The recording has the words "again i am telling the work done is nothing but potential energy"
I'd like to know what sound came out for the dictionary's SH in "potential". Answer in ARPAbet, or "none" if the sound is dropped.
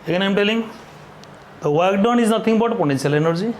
S